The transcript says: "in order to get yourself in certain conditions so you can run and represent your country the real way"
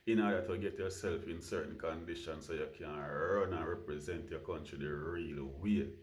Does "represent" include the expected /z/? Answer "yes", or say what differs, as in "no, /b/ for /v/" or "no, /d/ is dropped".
yes